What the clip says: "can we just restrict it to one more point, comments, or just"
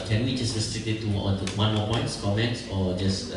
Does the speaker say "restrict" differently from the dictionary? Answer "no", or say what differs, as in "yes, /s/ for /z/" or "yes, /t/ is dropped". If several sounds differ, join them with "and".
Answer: yes, /k/ is dropped